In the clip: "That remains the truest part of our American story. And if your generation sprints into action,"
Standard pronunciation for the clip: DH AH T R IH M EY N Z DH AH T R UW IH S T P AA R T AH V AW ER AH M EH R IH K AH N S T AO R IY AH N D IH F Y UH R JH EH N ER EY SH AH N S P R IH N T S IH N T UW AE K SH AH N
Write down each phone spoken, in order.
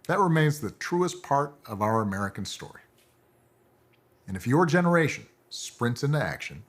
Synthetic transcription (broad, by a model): DH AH T R IH M EY N Z DH AH T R UW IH S P AA R T AH V AW ER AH M EH R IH K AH N S T AO R IY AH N IH F Y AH R JH EH N ER EY SH AH N S P R IH N T S IH N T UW AE K SH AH N